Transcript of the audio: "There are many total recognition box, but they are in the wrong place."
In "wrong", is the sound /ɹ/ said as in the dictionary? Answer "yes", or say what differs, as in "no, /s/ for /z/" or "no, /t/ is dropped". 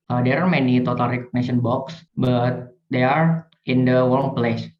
no, /w/ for /ɹ/